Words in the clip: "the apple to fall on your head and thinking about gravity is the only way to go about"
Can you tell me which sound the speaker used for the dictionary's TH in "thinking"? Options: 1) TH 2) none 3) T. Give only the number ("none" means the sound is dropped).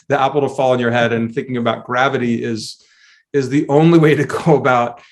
1